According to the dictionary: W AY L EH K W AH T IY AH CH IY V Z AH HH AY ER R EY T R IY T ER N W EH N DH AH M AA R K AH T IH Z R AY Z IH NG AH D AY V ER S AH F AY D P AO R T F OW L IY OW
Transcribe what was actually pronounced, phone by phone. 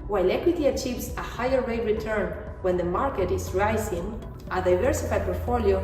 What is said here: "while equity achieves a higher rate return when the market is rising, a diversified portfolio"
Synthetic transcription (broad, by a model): W AY L EH K W AH T IY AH CH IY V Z AH HH AY ER W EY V R IY T ER N W EH N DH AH M AA R K AH T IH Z R AY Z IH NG AH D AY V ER S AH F AY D P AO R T F OW L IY OW